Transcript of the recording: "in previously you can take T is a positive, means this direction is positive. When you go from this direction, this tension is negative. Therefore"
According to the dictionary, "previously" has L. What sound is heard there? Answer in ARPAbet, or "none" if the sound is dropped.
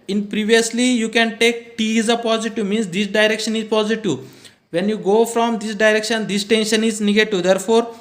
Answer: L